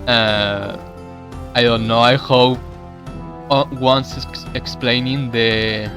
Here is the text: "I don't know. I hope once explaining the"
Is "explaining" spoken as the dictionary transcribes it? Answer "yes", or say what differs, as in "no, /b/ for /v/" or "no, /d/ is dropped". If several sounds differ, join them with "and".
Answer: yes